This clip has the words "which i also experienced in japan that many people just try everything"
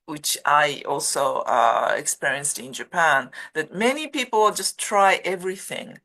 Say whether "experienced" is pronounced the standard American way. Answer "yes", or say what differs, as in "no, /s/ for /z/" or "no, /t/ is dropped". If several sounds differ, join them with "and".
yes